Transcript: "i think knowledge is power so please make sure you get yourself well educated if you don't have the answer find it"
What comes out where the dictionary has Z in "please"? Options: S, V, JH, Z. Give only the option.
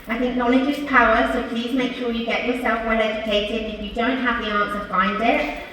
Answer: Z